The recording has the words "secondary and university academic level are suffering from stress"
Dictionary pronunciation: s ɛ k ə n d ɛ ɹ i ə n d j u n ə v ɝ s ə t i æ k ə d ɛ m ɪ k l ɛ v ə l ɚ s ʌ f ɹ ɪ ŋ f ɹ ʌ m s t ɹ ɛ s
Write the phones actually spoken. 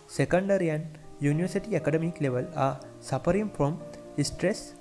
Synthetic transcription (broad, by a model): s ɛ k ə n d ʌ ɹ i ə n j u n ə v ɝ s ə t i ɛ k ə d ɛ m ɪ k l ɛ v ə l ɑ s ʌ p ɹ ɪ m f ɹ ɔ m s t ɹ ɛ s